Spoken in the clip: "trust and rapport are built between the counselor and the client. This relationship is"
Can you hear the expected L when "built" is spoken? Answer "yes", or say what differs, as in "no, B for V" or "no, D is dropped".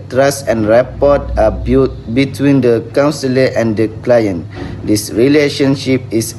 no, L is dropped